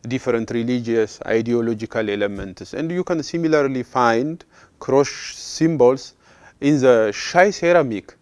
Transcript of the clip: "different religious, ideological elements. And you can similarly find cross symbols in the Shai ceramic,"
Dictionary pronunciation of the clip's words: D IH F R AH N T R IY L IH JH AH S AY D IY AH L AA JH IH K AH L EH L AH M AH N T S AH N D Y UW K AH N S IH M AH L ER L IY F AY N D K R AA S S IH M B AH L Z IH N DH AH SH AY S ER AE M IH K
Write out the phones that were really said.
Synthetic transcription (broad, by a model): D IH F R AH N T R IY L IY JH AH S AY D IY AH L AA JH IH K AH L EH L AH M AH N T S AH N D Y UW K AH N S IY M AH L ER L IY F AY N D K R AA SH S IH M B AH L S IH N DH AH SH AY S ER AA M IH K